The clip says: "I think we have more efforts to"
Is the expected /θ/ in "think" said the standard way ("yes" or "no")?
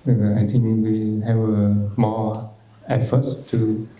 no